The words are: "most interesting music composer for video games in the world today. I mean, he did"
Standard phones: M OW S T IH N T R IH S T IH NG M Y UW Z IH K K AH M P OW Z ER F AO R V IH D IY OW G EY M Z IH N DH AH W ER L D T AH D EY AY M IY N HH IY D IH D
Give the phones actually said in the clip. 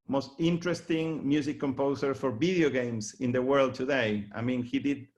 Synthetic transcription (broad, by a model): M OW S T IH N T R IH S T IH NG M Y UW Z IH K K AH M P OW S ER F AO R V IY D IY OW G EY M S IH N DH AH W ER L D T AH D EY AY M IY N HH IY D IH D